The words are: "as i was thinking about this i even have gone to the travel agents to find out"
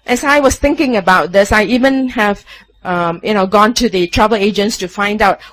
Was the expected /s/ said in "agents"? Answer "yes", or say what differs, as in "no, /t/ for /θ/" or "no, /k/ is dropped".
yes